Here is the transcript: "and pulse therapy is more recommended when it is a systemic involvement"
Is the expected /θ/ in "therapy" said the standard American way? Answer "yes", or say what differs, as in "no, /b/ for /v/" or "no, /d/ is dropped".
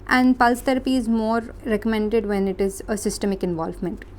no, /t/ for /θ/